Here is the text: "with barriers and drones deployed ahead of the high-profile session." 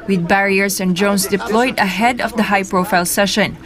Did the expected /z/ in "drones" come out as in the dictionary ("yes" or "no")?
no